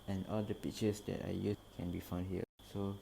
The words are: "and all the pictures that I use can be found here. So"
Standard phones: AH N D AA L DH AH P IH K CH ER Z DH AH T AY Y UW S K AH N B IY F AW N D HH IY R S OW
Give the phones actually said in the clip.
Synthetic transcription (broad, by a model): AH N AA L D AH P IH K CH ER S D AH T AY Y UW K AH N B IY F AW N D HH IY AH S OW